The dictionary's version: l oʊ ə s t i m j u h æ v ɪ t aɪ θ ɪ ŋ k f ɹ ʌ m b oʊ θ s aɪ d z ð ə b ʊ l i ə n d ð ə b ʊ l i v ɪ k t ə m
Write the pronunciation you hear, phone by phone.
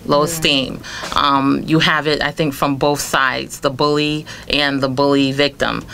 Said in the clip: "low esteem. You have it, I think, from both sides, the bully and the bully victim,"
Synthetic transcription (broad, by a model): l oʊ ə s t i m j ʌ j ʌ v ɪ t aɪ θ ɪ ŋ k f ɹ ʌ m b oʊ θ s aɪ d z ð ə b ʊ l i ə n ð ə b ʊ l i v ɪ k t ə m